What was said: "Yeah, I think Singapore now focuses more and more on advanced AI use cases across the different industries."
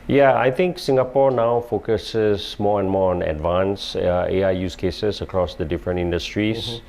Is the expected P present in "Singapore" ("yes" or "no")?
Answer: yes